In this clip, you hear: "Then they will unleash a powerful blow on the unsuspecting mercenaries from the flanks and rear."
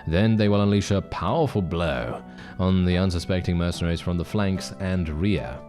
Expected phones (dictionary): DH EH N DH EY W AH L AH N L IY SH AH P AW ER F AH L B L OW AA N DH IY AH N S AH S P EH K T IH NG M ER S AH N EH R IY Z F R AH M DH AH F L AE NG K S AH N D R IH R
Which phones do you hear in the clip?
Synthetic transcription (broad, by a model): DH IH N DH EY W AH L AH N L IY SH AH P AW ER F AH L B L OW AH N DH IY AH N S AH S P EH K T IH NG M ER S AH N EH R IY Z F R AH M DH AH F L AE NG K S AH N R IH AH